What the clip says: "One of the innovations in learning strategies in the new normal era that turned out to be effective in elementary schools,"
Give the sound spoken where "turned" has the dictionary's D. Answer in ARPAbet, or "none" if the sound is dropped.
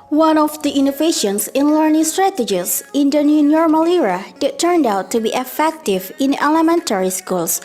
D